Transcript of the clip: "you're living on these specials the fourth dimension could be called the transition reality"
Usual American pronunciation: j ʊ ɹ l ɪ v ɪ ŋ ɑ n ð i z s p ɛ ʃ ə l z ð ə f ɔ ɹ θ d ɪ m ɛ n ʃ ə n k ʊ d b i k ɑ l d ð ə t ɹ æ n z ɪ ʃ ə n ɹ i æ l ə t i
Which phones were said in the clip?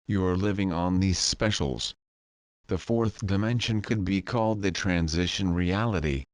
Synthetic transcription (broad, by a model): j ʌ ɹ l ɪ v ɪ ŋ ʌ n ð i z s p ɛ ʃ l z ð ə f ɔ ɹ θ d ɪ m ɛ n ʃ ə n k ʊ d b i k ɑ l d ð ə t ɹ æ n z ɪ ʃ ə n ɹ i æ l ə t i